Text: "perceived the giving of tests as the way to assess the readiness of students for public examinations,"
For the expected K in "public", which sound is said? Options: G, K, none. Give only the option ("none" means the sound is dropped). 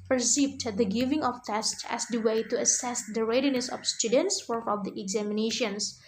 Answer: none